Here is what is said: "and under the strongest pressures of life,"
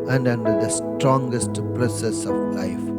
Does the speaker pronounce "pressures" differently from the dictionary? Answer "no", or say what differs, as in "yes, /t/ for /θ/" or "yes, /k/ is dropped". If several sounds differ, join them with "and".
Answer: yes, /s/ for /ʃ/ and /s/ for /z/